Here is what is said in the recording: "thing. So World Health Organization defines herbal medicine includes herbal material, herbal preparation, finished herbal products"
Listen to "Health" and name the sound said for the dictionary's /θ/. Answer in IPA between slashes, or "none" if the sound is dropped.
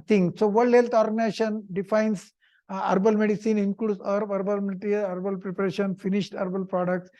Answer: /t/